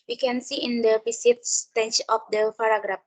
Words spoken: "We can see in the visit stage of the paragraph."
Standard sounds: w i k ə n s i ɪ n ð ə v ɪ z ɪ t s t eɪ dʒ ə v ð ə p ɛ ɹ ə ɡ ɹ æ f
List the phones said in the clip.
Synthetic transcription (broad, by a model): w i k ə n s i ɪ n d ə p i s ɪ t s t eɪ tʃ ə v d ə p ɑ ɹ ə ɡ ɹ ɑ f